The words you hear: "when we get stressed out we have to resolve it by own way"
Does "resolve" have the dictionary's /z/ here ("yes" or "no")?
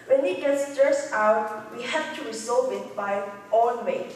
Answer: no